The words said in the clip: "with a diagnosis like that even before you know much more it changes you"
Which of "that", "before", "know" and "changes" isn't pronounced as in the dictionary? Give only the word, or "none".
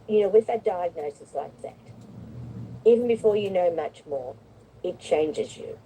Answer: none